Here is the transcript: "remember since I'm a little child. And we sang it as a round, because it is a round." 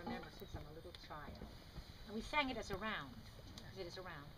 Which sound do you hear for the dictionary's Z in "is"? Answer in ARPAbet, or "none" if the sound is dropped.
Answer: Z